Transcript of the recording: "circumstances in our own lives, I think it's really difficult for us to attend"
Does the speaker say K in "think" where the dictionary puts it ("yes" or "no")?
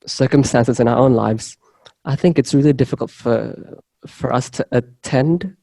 yes